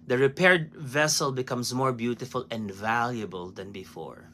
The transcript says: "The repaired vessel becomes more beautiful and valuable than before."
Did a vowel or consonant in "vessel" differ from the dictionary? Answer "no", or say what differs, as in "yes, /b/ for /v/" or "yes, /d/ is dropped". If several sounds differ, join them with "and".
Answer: no